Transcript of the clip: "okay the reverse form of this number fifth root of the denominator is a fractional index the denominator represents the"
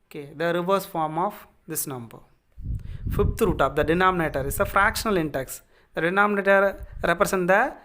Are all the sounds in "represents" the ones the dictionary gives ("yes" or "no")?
no